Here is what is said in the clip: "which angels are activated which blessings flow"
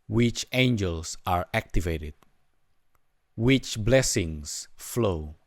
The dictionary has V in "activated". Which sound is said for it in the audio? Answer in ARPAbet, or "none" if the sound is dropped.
V